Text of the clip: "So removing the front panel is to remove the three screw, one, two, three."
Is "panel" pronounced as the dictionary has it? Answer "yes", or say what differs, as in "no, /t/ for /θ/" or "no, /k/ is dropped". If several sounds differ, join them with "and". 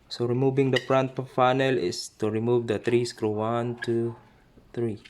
no, /f/ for /p/